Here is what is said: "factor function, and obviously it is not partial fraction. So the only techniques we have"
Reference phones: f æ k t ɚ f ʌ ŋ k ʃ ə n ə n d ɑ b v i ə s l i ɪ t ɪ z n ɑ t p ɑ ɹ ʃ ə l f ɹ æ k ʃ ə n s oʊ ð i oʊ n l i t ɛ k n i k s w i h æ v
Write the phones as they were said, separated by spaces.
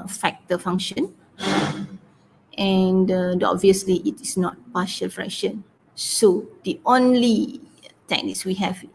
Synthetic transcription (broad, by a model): f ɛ k t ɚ f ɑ ŋ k ʃ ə n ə n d ɑ b v i ə s l i ɪ t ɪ s n ɑ t p ɑ ʃ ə l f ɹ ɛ k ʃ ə n s oʊ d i oʊ n l i t ɛ k n i k s w i h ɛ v